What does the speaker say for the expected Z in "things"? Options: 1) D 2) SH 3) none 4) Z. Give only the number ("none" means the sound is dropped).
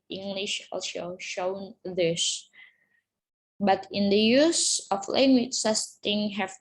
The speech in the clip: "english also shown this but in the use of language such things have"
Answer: 3